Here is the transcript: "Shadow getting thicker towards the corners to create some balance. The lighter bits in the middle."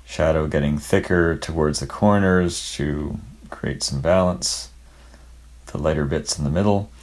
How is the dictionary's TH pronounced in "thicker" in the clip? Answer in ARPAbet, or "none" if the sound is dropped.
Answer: TH